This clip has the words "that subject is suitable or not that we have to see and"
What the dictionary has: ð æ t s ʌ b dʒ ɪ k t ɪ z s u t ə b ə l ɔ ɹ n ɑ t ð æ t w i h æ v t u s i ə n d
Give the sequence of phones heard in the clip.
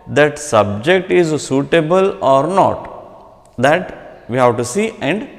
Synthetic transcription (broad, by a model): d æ t s ʌ b dʒ ɪ k t ɪ z s u t ə b ə l ɔ ɹ n ɑ t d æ t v i h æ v t u s i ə n d